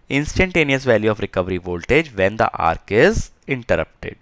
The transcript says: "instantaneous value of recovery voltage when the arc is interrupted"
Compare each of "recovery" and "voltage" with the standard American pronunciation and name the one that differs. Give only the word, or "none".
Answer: none